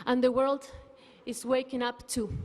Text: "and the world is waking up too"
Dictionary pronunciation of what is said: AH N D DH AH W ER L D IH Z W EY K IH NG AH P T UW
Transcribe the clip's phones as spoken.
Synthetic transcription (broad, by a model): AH N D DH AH W ER L D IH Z W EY K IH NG AH P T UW